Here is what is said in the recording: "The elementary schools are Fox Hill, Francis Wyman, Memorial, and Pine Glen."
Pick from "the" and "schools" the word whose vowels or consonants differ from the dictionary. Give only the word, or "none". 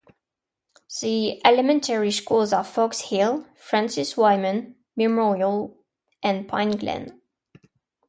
none